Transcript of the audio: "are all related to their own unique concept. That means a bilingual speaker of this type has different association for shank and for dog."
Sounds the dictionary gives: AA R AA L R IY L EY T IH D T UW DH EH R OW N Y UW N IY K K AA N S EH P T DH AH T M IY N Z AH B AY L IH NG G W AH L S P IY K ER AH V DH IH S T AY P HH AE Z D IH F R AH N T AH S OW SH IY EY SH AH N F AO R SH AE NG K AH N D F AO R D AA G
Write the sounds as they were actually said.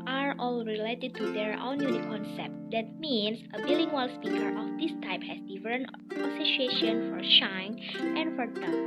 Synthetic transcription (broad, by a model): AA R AA L R IY L EY T IH D T UW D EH R OW N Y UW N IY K K AA N S EH P T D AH T M IY N S AH B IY L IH NG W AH L S P IY K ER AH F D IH S T AY P HH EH S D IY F R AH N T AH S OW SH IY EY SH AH N F AO R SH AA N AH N F AO R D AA